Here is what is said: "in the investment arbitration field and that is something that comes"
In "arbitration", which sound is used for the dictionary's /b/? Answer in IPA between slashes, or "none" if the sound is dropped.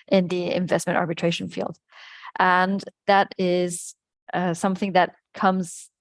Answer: /b/